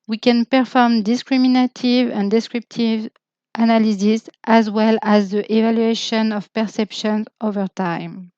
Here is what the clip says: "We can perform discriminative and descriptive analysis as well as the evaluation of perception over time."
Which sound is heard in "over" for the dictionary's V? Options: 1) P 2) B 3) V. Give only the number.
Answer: 3